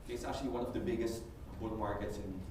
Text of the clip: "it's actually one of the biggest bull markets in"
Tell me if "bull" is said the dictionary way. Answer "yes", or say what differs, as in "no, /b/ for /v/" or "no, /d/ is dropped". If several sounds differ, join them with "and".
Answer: no, /n/ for /l/